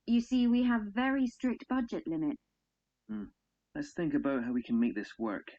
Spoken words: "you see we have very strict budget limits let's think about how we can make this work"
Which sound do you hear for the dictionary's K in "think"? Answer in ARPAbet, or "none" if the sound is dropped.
K